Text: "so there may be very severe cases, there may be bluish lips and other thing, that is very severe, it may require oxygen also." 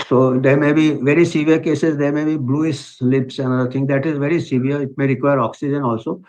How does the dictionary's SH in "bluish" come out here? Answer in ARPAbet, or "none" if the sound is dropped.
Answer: S